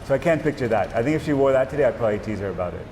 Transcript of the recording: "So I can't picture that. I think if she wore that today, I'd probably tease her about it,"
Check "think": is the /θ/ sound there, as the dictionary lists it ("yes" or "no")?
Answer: yes